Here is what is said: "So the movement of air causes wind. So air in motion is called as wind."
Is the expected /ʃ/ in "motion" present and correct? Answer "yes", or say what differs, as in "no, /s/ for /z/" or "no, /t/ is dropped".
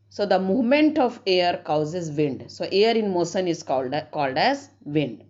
no, /s/ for /ʃ/